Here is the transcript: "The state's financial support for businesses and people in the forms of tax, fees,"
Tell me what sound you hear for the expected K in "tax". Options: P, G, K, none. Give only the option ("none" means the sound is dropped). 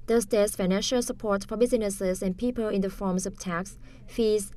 K